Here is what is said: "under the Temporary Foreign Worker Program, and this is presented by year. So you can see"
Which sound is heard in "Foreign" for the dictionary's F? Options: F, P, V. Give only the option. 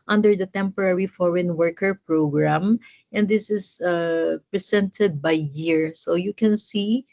F